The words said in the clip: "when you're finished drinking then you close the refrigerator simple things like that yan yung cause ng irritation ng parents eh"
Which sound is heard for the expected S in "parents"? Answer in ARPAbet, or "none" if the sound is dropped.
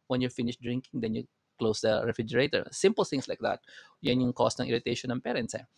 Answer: S